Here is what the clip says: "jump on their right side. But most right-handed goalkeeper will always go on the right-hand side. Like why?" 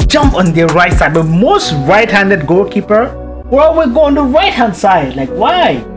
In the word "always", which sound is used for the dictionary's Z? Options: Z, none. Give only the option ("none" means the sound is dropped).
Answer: none